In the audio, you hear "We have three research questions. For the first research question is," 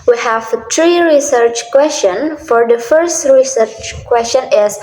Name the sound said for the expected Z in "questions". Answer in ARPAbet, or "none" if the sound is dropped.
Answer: none